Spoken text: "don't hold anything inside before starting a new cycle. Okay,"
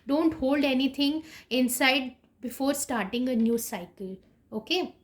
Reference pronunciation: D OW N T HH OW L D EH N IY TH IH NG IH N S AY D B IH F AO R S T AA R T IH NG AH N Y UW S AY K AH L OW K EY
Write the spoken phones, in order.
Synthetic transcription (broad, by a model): D OW N T HH OW L D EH N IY T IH NG IH N S AY D B IH F AO R S T AA R T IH NG AH N Y UW S AY K AH L OW K EY